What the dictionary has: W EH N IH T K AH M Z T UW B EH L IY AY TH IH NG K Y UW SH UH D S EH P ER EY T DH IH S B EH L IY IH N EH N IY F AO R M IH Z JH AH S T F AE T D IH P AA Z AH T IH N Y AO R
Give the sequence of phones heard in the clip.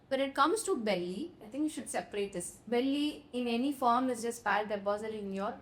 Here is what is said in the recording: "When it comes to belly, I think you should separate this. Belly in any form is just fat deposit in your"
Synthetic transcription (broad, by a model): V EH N IH T K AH M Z T UW B EH L IY AY T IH NG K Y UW SH UH D S EH P ER EY T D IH S B EH L IY IH N EH N IY F AO R M IH Z JH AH S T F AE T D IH B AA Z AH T IH N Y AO R